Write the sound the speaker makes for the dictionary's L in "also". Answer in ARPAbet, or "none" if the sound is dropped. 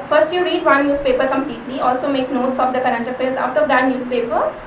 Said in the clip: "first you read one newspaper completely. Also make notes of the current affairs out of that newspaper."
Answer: L